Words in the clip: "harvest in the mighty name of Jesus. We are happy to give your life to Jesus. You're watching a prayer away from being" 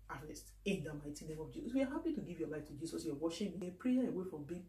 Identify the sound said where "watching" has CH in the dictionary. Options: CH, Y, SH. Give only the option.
SH